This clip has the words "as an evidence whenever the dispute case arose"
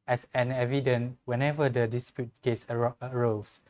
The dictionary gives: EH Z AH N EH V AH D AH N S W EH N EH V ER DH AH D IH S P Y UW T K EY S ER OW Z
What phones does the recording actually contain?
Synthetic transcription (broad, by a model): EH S AH N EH V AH D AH N W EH N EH V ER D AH D IH S P Y UW T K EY S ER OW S